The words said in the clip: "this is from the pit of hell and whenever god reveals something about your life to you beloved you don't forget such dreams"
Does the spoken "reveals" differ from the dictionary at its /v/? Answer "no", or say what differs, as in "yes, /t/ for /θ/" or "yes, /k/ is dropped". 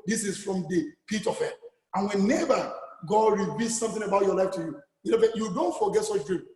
yes, /b/ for /v/